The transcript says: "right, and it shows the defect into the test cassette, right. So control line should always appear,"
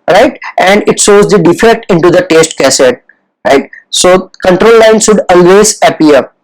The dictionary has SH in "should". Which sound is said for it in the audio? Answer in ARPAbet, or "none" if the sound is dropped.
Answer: S